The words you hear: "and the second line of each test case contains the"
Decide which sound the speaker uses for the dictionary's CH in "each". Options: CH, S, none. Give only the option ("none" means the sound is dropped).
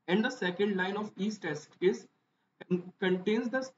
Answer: S